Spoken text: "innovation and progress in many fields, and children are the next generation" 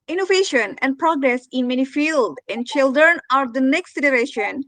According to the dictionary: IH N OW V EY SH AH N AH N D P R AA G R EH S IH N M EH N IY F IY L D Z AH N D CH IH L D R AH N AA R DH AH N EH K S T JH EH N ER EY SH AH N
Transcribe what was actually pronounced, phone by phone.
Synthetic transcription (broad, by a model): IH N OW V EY SH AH N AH N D P R AA G R EH S IH N M EH N IY F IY L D AH N D CH IH L D R AH N AA R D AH N EH K S T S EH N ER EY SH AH N